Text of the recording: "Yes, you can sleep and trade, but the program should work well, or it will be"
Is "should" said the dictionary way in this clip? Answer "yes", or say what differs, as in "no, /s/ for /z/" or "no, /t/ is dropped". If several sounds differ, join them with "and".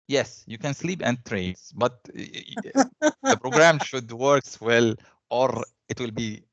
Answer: yes